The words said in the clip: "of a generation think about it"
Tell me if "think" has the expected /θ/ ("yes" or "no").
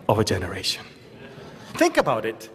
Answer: yes